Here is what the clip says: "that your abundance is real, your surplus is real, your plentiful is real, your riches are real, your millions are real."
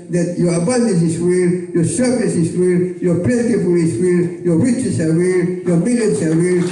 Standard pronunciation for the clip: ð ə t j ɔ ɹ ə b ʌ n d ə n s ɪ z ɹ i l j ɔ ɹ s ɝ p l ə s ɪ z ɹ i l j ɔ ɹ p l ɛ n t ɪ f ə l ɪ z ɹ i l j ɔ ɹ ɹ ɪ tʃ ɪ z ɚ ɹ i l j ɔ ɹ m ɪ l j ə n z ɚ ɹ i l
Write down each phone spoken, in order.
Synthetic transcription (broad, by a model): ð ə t j ɔ ɹ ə b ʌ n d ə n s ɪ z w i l j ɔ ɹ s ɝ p n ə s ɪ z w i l j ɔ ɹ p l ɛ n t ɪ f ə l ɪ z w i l j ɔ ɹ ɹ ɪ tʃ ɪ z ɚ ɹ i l j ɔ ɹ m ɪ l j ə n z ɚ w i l